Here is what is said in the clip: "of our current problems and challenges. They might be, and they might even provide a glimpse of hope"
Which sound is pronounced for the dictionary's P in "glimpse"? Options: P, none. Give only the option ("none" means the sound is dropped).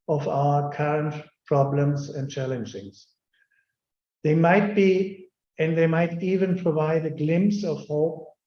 P